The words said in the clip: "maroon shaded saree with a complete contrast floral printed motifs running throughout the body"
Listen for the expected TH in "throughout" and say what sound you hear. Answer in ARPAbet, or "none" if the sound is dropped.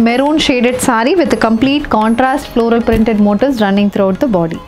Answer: T